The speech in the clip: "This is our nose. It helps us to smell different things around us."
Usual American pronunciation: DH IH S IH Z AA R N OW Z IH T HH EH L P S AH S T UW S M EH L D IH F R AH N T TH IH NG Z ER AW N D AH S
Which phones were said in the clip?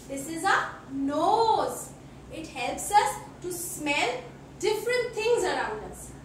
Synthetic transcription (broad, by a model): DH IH S IH Z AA N OW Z IH T HH EH L P S AH S T UW S M EH L D IH F R AH N T T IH NG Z ER AW N D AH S